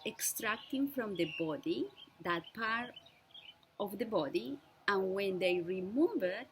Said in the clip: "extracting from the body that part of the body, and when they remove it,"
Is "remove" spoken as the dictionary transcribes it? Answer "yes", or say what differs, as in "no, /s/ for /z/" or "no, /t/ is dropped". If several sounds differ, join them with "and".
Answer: no, /b/ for /v/